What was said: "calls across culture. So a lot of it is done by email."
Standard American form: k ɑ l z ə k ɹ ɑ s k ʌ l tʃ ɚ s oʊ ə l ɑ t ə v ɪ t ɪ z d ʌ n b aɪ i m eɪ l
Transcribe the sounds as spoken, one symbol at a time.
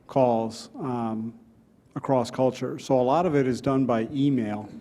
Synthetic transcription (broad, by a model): k ɑ l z ə k ɹ ɑ s k ʌ l tʃ ɚ s oʊ ə l ɑ t ə v ɪ t ɪ z d ʌ n b aɪ i m eɪ l